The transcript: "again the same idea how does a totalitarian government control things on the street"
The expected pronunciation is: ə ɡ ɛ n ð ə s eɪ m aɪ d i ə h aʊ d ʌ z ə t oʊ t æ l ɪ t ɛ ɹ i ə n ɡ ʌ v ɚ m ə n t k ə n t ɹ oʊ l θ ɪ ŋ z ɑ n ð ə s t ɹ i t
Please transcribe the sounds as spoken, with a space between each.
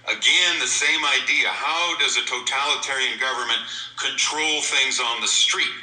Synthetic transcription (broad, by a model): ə ɡ ɛ n ð ə s eɪ m aɪ d i ə h aʊ d ʌ z ə t oʊ t æ l ɪ t ɛ ɹ i ə n ɡ ʌ v ɚ m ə n k ə n t ɹ oʊ l θ ɪ ŋ z n ð ə s t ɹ i t